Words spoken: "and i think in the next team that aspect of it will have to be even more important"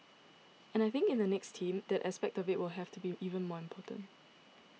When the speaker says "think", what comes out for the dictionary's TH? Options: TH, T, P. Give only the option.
TH